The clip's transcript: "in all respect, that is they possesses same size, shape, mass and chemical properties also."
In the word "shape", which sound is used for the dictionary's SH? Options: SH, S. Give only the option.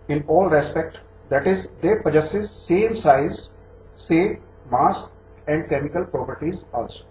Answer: S